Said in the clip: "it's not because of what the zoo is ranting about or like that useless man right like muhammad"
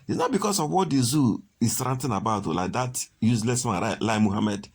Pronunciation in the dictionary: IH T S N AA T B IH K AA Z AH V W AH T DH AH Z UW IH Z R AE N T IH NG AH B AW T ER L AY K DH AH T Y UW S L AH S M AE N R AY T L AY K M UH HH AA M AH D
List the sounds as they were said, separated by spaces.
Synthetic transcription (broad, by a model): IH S N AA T B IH K AA S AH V W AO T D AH Z UW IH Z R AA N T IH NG AH B AW T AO L AY K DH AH T Y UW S L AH S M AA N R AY L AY M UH HH AA M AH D